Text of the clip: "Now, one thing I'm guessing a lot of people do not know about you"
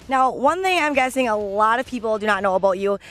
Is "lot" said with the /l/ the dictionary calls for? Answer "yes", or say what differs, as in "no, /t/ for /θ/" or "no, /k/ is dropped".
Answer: yes